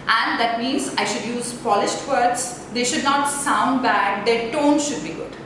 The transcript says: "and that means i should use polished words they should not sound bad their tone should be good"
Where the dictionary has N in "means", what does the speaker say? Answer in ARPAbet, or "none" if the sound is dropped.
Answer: N